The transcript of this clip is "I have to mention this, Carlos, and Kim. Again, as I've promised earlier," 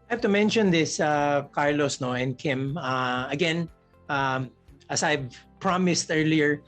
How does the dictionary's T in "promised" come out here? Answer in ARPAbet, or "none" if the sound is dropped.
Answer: T